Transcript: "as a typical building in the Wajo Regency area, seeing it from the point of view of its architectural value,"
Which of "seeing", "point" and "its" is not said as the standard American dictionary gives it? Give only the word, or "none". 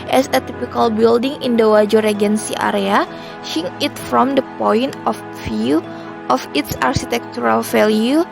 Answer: seeing